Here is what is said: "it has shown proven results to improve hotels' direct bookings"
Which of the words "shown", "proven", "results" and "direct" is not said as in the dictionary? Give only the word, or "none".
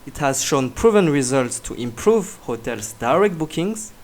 none